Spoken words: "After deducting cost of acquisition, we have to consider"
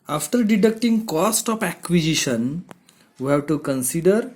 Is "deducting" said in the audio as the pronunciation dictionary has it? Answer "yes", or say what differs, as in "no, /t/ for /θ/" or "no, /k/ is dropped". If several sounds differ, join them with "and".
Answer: yes